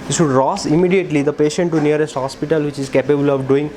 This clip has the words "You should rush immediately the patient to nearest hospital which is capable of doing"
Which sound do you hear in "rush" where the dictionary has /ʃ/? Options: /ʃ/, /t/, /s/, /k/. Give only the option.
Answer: /s/